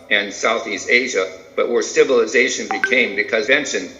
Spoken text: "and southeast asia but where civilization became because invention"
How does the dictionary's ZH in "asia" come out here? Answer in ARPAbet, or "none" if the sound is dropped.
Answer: ZH